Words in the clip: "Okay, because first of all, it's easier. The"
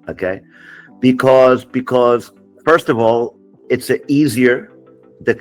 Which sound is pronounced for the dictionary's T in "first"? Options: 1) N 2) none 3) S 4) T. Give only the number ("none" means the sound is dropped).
4